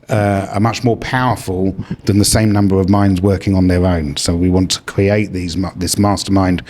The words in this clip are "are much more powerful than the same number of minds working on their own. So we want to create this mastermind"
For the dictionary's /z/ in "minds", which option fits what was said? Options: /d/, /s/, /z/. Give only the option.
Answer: /z/